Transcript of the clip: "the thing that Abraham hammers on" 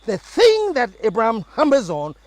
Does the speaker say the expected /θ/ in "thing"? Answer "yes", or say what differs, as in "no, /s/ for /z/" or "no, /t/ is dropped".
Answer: yes